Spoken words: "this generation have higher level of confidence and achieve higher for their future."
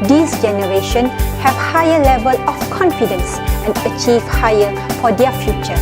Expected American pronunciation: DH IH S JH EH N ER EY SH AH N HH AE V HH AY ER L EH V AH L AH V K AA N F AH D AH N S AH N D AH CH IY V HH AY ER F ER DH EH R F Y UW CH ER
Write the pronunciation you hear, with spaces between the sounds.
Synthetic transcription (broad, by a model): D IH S JH EH N ER EY SH AH N HH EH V HH AY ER L EH V AH L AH F K AA N F AH D AH N S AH N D AH CH IY V HH AY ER F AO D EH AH F Y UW CH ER